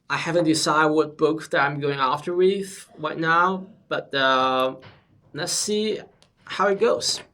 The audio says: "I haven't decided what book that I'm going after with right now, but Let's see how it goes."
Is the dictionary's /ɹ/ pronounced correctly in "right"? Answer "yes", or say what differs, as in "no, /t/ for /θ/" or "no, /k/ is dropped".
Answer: yes